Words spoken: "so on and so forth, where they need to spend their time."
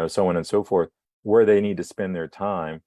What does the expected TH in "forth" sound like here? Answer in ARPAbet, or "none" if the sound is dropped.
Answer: TH